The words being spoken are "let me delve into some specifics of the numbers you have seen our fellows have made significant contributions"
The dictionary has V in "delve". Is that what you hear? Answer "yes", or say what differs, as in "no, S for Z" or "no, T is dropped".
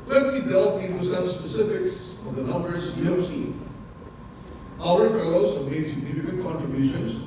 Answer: no, V is dropped